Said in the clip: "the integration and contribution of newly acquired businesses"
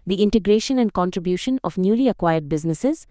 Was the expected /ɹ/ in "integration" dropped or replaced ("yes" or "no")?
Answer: no